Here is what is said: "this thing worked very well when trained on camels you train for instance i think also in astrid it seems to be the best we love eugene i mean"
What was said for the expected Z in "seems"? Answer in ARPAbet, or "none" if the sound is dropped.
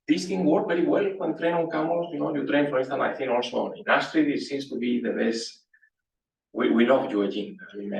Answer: S